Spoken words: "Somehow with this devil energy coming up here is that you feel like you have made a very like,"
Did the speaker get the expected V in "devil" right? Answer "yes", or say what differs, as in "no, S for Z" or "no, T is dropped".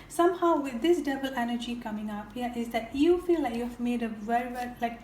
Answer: no, B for V